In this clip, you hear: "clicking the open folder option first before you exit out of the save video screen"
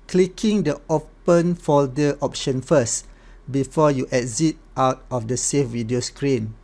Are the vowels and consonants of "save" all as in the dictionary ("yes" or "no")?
no